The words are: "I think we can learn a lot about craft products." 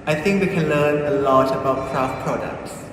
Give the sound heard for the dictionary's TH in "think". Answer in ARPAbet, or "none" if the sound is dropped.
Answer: TH